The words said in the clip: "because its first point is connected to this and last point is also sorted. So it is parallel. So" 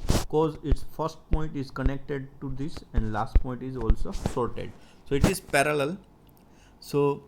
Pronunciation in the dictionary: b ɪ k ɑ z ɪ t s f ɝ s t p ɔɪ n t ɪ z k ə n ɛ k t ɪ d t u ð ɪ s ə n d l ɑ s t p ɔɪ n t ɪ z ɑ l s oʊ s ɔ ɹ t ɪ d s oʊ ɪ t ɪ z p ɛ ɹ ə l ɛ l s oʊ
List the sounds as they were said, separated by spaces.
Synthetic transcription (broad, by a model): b k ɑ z ɪ t s f ɝ s t p ɔɪ n t ɪ z k ə n ɛ k t ɪ d t u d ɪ s ə n d l ɑ s t p ɔɪ n t ɪ z ɑ l s oʊ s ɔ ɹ t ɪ d s oʊ ɪ t ɪ z p ɛ ɹ ə l ɛ l s oʊ